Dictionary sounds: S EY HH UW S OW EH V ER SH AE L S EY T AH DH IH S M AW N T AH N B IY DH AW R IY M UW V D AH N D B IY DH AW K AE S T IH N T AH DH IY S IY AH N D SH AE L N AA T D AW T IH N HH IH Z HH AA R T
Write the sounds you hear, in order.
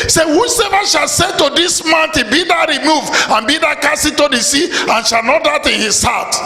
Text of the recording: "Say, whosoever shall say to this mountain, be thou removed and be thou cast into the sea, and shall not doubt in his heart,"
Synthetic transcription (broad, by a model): S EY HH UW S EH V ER SH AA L S EY T AH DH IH S M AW N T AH B IY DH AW R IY M UW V AH N B IY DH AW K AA S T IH T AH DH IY S IY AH N SH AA L N AA T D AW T IH N HH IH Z HH AA T